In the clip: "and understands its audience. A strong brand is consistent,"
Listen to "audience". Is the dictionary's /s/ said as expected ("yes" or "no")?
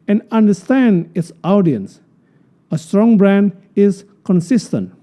yes